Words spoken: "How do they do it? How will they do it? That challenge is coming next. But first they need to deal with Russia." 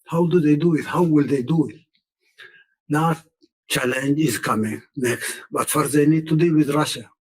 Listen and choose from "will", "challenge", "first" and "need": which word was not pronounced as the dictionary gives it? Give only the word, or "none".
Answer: first